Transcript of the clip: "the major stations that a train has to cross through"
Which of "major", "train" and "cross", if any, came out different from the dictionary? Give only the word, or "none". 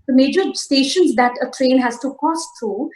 cross